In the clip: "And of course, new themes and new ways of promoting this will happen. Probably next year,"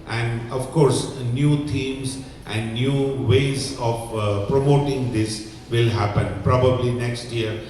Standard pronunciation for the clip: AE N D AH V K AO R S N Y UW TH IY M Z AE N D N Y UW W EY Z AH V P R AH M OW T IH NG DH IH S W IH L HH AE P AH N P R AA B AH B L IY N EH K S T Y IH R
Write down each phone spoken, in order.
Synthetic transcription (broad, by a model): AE N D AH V K AO R S N Y UW T IY M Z AE N D N Y UW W EY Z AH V P R AH M OW T IH NG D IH S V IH L HH AE P AH N P R AA B AH B L IY N EH K S T Y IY R